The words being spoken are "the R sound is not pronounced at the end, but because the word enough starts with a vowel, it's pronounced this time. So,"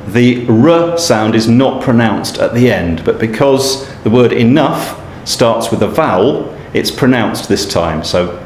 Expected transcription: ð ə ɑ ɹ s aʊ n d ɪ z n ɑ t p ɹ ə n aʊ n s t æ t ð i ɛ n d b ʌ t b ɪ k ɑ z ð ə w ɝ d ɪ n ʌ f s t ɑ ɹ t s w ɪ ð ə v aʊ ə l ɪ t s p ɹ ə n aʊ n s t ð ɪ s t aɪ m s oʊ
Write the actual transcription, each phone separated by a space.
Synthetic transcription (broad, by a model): ð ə ɹ s aʊ n d ɪ z n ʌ t p ɹ ə n aʊ n s t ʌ t ð i ɛ n b ʌ t b ɪ k ɑ z ð ə w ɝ d ɪ n ʌ f s t ɑ ɹ t s w ɪ ð ə v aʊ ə l ɪ t s p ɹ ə n aʊ n s ð ɪ s t aɪ m s oʊ